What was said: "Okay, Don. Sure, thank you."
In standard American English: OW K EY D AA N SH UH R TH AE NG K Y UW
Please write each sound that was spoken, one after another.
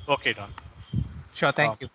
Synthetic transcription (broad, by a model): OW K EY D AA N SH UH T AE K Y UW